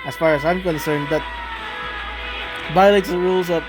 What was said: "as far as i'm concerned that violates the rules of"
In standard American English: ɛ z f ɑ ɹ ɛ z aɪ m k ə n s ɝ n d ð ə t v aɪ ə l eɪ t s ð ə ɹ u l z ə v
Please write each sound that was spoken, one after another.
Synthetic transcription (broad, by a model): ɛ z f ɑ ɹ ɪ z aɪ m k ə n s ɝ n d ð ə t b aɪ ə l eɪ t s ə ɹ u l z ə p